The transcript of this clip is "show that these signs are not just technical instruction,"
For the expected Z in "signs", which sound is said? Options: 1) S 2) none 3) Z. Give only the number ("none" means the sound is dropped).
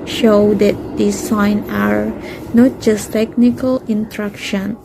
2